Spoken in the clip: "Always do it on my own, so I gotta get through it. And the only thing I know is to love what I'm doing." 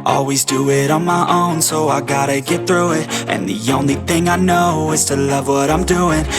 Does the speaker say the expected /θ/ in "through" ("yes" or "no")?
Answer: yes